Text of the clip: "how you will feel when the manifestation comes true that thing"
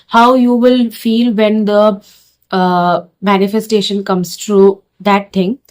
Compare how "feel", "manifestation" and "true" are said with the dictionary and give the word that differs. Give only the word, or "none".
none